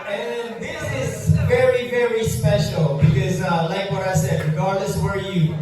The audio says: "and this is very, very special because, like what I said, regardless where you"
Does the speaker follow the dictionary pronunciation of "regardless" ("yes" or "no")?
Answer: no